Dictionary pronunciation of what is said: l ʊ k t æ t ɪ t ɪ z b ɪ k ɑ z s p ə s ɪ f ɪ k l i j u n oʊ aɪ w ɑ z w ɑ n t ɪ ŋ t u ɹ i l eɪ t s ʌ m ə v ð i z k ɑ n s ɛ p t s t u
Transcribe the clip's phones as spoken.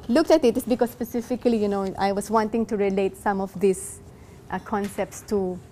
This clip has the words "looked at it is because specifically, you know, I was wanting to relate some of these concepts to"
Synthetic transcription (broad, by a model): l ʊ k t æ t ɪ t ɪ s b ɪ k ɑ s p ə s ɪ f ɪ k l i j u n oʊ aɪ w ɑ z w ɑ n t ɪ ŋ t u ɹ i l eɪ t s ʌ m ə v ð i s k ɑ n s ɛ p t s t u